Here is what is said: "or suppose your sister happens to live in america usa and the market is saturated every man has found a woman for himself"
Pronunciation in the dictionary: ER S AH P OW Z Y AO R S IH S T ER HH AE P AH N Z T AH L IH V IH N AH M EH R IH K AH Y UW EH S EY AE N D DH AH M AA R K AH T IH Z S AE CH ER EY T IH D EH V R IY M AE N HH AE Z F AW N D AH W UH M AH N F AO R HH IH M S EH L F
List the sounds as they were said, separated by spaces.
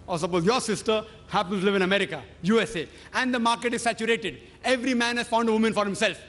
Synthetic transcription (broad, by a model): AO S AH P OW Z Y AO R S IH S T ER HH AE P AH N T L IH V IH N AH M EH R IH K AH Y UW EH S EY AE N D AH M AA R K AH T IH Z S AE CH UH EY T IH D EH V R IY M AE N HH AE Z F AW N D AH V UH M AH N F AO R HH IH M S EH L F